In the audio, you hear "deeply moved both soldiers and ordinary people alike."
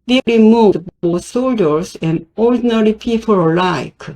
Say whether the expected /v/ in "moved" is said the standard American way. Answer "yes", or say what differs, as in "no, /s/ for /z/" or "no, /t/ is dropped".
no, /v/ is dropped